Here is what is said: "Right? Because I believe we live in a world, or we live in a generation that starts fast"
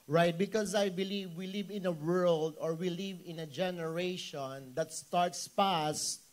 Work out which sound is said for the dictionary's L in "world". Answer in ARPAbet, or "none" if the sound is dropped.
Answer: L